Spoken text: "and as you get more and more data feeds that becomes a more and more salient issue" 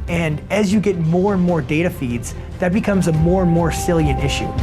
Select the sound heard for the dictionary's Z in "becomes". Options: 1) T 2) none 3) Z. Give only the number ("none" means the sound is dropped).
3